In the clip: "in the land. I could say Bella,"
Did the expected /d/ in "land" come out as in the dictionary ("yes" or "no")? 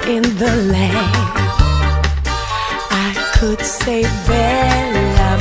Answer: no